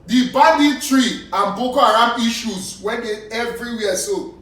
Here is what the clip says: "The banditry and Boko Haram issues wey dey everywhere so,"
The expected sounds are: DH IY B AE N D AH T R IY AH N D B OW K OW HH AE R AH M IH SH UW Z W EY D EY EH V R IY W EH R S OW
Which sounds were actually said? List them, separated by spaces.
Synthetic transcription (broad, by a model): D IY B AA D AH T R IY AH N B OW K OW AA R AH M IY SH UW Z W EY D EY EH V R IY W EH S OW